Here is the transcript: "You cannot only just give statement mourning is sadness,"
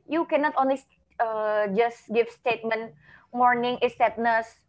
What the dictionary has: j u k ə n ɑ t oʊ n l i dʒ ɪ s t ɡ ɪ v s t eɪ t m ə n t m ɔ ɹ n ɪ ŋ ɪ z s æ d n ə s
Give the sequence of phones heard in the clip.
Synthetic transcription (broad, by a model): j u k ə n ɑ t oʊ n l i dʒ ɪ s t ɡ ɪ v s t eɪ t m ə n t m ɔ ɹ n ɪ ŋ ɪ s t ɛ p n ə s